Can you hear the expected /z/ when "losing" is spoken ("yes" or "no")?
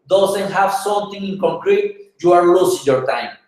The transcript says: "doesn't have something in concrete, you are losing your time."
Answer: no